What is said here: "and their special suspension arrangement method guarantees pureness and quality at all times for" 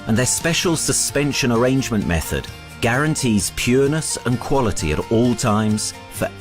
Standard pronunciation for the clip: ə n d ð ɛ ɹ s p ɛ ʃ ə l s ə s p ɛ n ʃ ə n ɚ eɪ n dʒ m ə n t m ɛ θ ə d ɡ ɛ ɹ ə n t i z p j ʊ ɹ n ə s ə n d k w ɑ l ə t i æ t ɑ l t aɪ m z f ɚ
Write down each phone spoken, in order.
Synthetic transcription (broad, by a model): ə n ð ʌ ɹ s p ɛ ʃ ə l s ə s p ɛ n ʃ ə n ɚ eɪ n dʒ m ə n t m ɛ θ ə d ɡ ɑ ɹ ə n t i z p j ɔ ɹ n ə s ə n k w ɑ l ə t i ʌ t ɑ l t aɪ m z f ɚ